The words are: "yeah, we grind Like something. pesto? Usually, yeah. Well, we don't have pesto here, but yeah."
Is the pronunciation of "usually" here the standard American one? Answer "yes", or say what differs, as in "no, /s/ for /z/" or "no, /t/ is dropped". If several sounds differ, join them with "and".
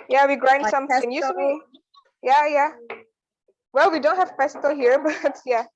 no, /s/ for /ʒ/